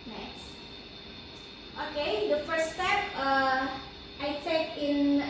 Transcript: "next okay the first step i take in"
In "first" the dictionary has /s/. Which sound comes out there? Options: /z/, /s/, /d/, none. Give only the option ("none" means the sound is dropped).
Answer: none